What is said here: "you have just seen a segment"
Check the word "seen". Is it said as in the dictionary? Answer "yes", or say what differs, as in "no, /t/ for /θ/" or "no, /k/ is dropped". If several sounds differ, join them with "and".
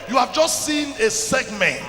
yes